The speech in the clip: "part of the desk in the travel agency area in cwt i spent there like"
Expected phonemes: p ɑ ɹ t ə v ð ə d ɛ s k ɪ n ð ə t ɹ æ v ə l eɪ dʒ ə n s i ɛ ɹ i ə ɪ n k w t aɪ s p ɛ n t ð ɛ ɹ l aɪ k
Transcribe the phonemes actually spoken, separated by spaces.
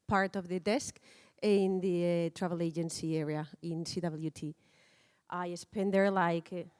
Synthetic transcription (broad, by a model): p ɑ ɹ t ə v ð ə d ɛ s k ɪ n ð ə t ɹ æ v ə l eɪ dʒ ə n s i ɛ ɹ i ə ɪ n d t t aɪ s p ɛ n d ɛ ɹ l aɪ k